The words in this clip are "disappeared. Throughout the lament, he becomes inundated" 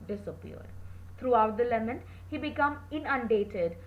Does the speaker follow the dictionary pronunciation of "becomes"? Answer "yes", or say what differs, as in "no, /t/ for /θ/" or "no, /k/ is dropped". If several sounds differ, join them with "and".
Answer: no, /z/ is dropped